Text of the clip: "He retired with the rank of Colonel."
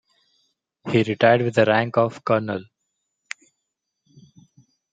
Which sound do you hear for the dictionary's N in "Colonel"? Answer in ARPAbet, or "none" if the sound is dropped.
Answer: N